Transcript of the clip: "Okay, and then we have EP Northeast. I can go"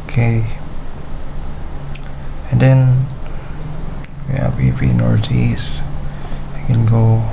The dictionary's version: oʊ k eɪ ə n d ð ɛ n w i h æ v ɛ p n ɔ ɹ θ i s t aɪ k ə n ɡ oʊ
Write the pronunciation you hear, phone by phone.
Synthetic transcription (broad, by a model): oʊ k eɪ ə n d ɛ n w i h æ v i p n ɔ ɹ t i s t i k ə n ɡ oʊ